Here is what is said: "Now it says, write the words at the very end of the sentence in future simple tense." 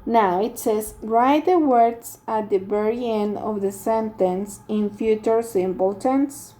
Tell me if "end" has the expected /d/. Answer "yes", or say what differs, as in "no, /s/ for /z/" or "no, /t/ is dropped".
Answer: no, /d/ is dropped